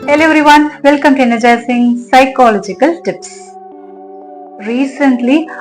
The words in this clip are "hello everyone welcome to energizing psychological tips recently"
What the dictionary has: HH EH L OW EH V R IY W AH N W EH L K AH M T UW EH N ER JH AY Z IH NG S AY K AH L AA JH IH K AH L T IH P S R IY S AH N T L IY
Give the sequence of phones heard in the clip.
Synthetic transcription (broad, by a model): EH L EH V R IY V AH N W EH L K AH M T UW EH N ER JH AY S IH NG S AY K AH L AA JH IH K AH L T IH P S R IY S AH N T L IY